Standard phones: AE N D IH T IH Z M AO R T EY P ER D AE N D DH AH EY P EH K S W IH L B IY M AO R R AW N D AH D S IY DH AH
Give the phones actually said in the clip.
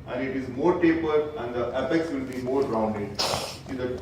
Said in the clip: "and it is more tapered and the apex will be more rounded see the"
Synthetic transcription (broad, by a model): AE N D IH T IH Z M AO R T EY P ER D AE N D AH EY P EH K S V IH L B IY M AO R R AW N D AH D S IY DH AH